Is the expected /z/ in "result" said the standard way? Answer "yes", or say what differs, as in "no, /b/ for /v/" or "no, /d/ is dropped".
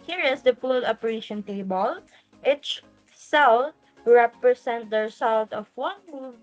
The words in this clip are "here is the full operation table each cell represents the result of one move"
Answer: no, /s/ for /z/